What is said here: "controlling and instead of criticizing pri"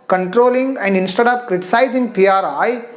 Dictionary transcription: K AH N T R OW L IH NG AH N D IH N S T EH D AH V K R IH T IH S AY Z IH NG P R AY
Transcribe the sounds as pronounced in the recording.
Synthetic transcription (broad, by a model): K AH N T R OW L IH NG AH N D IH N S T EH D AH P K R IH T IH S AY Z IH NG P R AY